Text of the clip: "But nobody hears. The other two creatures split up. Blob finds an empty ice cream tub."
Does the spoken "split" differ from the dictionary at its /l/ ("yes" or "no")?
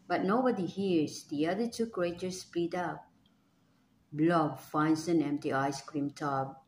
yes